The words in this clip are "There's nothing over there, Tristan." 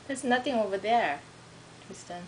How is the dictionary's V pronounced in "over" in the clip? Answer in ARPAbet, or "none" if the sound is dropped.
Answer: V